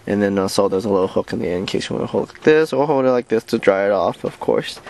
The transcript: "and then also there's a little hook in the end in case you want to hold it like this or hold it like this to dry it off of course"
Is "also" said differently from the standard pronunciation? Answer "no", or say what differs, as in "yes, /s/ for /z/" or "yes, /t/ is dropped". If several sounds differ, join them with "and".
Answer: yes, /l/ is dropped